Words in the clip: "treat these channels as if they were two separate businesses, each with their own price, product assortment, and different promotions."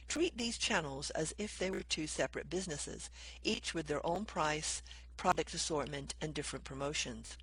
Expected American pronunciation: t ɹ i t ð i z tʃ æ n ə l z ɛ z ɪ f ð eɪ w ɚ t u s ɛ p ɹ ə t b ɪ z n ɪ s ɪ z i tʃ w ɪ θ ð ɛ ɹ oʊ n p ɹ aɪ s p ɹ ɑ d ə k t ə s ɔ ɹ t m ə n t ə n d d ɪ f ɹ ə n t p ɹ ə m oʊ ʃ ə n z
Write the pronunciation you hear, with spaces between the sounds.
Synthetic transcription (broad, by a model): t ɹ i t ð i z tʃ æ n l z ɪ z ɪ f ð eɪ w ɚ t u s ɛ p ɹ ə t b ɪ z n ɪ s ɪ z i tʃ w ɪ ð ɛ ɹ oʊ n p ɹ aɪ s p ɹ ɑ d ə k t ə s ɔ ɹ t m ə n t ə n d d ɪ f ɹ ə n p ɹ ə m oʊ ʃ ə n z